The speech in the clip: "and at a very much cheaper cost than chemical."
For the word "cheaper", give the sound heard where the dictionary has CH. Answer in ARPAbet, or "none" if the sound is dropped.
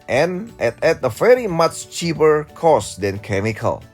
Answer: CH